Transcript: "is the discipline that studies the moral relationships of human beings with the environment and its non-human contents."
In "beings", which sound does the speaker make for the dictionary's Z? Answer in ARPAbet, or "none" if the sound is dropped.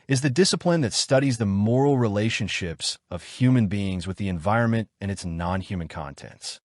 Z